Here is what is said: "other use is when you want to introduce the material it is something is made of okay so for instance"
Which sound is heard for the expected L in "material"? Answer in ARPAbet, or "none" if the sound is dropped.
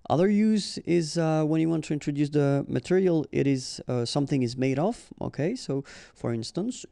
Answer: L